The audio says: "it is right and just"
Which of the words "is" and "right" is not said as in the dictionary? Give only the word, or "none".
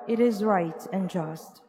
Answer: none